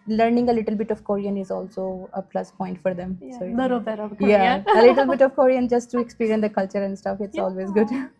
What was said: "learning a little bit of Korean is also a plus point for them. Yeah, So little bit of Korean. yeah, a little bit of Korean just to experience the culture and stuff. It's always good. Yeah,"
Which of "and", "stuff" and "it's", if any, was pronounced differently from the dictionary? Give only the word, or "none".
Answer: none